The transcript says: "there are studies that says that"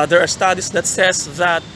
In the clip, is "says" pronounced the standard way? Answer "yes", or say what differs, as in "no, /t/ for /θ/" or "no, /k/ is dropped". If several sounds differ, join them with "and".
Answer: no, /s/ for /z/